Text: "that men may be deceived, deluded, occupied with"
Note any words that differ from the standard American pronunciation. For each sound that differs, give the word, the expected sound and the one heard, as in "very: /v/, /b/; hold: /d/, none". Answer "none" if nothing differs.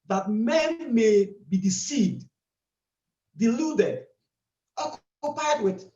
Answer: none